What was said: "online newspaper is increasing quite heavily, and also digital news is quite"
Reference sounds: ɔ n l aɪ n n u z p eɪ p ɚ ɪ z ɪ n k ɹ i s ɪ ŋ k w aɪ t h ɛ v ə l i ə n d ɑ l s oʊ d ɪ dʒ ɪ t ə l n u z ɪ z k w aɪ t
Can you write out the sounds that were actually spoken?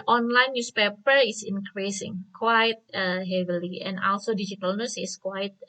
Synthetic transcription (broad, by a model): ɔ n l aɪ n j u s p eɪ p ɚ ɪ s ɪ n k ɹ i s ɪ ŋ k w aɪ t h ɛ v ə l i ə n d ɑ l s oʊ d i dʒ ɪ t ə l n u s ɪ s k w aɪ t